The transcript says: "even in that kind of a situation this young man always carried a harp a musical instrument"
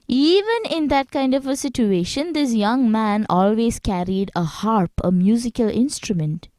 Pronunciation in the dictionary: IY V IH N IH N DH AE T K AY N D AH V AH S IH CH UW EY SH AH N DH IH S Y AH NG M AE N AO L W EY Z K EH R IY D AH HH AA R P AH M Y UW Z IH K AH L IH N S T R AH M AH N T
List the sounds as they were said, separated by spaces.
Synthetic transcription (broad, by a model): IY V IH N IH N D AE T K AY N D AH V AH S IH CH UW EY SH AH N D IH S Y AH NG M AE N AO L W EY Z K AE R IY D AH HH AA R P AH M Y UW Z IH K AH L IH N S T R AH M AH N T